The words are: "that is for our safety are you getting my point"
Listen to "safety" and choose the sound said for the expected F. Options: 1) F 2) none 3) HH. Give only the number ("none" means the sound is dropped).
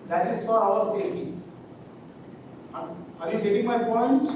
2